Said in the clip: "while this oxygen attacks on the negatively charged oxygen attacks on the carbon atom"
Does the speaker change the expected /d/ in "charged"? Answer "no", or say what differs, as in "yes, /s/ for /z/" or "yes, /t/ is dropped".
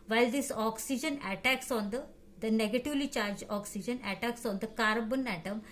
yes, /d/ is dropped